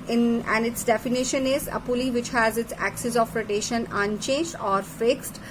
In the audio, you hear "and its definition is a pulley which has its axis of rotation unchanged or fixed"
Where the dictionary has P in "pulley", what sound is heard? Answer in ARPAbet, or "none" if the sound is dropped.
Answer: P